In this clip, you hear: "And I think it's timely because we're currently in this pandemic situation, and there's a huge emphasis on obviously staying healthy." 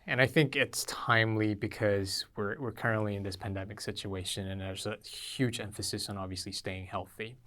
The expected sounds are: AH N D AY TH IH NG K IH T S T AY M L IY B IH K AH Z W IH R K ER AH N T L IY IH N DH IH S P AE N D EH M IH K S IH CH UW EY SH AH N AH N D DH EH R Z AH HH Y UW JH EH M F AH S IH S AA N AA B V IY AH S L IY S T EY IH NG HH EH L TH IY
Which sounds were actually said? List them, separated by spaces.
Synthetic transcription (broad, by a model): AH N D AY TH IH NG K IH T S T AY M L IY B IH K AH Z W IH R K ER AH N T L IY IH N DH IH S P AE N D EH M IH K S IH CH UW EY SH AH N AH N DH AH R Z AH HH Y UW JH EH M F AH S IH S N AA B V IY AH S L IY S T EY IH NG HH EH L TH IY